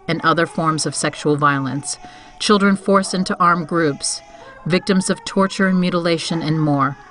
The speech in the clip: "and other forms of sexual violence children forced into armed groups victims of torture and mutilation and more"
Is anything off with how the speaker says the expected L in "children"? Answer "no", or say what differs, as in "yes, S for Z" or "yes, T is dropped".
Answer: no